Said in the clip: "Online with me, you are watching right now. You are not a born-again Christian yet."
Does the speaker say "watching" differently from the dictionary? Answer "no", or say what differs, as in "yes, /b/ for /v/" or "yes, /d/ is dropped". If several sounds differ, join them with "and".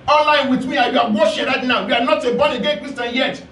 yes, /ʃ/ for /tʃ/